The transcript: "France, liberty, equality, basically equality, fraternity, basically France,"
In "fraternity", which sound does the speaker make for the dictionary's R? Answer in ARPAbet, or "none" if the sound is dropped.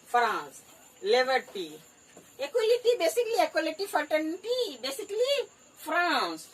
none